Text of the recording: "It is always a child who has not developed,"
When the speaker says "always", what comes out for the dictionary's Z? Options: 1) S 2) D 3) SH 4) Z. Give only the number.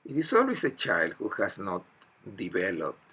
1